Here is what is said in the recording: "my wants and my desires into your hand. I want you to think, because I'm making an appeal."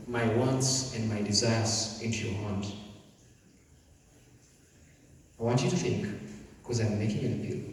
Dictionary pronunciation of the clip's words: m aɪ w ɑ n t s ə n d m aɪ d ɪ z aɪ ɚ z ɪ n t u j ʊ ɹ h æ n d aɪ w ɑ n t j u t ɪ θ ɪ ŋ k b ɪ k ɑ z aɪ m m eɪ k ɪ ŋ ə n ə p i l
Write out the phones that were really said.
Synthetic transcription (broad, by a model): m aɪ w ɑ n t s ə n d m aɪ d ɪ z aɪ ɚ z ɪ n t u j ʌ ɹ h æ n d aɪ w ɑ n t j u t ɪ θ ɪ ŋ k k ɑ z aɪ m m eɪ k ɪ ŋ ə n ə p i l